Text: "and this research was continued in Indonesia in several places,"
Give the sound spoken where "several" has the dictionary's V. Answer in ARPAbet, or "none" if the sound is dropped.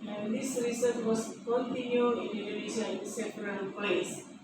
P